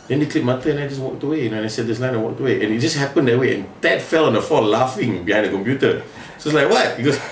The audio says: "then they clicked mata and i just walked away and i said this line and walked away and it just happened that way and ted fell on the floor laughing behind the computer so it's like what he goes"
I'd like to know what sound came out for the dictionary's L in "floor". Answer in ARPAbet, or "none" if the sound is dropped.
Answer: none